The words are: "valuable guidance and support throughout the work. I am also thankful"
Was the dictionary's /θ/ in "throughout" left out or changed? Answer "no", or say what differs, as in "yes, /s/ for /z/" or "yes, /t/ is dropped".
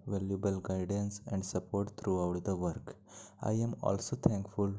yes, /t/ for /θ/